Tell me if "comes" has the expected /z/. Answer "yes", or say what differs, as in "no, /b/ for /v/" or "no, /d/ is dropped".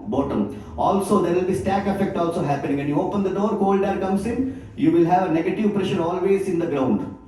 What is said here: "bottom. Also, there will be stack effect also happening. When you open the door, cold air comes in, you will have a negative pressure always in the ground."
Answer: no, /s/ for /z/